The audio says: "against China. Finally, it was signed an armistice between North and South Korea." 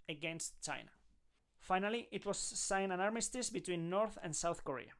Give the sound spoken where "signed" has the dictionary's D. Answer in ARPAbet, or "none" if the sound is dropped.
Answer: none